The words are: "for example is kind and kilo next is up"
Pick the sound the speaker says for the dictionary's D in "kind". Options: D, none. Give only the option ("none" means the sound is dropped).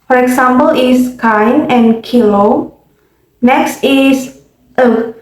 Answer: none